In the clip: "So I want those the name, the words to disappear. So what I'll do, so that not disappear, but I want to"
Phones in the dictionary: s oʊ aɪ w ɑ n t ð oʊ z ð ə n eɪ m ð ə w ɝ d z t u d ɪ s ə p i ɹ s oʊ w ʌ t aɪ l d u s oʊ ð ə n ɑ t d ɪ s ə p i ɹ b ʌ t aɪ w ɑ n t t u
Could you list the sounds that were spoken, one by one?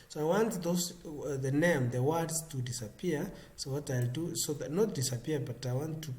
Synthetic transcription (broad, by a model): s oʊ aɪ w ɑ n t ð oʊ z ð ə n eɪ m ð ə w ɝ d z t u d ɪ s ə p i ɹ s oʊ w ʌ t aɪ l d u s oʊ ð ə n ɑ t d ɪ s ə p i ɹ b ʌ t aɪ w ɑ n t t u